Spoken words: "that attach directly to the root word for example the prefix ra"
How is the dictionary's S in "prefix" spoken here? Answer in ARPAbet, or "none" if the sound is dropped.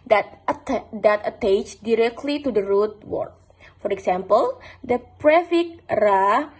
none